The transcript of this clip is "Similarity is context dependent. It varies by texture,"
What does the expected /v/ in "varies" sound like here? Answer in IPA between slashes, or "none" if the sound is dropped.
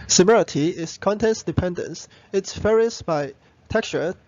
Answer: /f/